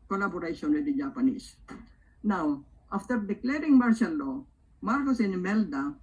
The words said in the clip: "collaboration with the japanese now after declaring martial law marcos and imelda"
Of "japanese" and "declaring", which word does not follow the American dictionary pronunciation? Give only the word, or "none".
japanese